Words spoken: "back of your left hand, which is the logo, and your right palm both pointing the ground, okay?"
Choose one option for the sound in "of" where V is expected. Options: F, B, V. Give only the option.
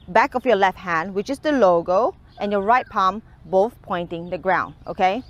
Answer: F